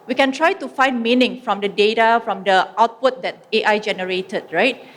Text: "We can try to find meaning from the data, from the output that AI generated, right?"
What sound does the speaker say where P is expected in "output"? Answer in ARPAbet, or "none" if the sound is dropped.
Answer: P